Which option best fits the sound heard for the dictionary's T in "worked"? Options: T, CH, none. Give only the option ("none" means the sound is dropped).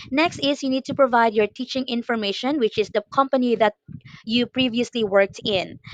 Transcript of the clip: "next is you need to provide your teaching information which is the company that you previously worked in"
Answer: T